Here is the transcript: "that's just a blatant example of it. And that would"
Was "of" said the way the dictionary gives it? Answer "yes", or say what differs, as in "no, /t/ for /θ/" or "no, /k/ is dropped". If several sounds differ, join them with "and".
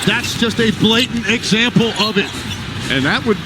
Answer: yes